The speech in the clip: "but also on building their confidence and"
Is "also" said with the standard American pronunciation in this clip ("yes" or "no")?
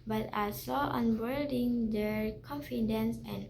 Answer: no